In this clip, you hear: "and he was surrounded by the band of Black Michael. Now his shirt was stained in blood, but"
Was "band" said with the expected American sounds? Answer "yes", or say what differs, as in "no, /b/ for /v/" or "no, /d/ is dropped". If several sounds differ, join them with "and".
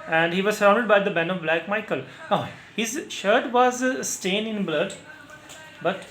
no, /d/ is dropped